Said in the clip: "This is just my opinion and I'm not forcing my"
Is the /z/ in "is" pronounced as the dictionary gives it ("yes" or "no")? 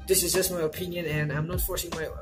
yes